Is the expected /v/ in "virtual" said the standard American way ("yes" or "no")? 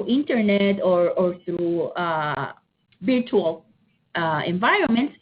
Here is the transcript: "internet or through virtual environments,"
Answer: no